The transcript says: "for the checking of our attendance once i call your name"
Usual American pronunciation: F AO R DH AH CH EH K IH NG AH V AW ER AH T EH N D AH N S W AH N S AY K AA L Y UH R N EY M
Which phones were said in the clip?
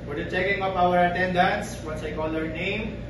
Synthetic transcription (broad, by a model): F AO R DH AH CH EH K IH NG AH P AW ER AH T EH N D AH N S W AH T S AY K AA L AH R N EY M